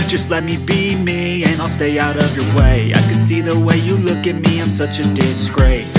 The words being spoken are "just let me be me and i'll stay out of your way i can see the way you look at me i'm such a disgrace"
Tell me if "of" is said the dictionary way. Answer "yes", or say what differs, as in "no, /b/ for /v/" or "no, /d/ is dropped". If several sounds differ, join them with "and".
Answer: yes